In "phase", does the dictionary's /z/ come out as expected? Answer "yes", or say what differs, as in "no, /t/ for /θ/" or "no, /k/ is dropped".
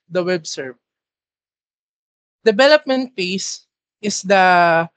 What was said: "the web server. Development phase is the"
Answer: no, /s/ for /z/